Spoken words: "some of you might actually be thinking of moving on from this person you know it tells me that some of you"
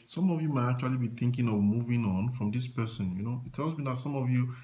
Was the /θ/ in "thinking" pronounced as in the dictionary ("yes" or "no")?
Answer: yes